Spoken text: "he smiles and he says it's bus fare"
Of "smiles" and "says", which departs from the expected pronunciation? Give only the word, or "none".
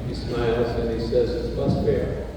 none